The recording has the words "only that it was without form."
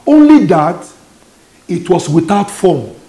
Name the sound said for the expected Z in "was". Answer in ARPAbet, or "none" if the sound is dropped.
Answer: S